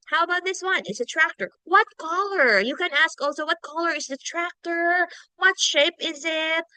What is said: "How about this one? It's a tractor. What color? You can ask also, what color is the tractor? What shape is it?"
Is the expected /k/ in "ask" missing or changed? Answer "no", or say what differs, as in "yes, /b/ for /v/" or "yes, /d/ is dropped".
no